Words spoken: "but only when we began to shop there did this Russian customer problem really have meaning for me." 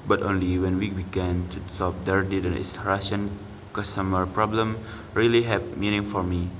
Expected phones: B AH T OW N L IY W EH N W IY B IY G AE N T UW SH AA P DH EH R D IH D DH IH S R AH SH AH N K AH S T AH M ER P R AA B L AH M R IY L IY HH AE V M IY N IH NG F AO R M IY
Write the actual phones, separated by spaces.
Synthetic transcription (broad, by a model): B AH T OW N L IY W EH N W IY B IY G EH N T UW S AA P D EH R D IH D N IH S R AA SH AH N K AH S T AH M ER P R AA B L AH M R IY L IY HH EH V M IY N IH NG F AO R M IY